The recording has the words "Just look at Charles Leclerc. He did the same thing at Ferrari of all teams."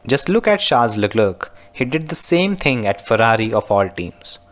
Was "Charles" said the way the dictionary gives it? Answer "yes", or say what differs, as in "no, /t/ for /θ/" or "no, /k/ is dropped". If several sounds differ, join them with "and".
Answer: no, /ʃ/ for /tʃ/